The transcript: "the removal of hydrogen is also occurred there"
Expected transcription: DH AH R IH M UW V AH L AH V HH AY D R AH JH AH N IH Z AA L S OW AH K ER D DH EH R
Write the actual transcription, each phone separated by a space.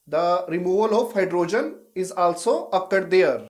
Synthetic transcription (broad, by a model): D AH R IH M UW V AH L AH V HH AY D R AH JH AH N IH Z AA L S OW AH K ER D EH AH R